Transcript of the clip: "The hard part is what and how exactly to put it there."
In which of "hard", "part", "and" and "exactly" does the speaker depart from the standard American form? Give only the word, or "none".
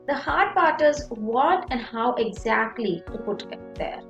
none